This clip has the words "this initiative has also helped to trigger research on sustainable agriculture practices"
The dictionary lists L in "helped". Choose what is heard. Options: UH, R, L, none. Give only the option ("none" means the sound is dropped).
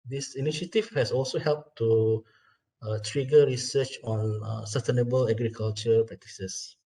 L